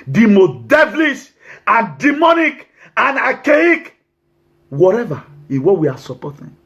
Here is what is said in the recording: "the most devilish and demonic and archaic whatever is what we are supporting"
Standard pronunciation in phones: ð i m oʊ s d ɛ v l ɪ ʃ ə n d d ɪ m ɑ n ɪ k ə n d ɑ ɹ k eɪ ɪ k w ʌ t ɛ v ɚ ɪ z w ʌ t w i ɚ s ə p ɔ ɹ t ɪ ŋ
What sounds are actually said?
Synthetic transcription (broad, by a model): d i m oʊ d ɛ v l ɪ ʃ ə n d d ɪ m ɑ n ɪ k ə n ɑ k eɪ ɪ k w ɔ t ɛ v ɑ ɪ w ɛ w i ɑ s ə p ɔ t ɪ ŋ